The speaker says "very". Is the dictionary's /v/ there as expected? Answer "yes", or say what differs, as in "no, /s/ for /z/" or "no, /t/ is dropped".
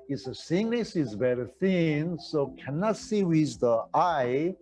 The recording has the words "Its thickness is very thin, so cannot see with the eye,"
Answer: no, /b/ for /v/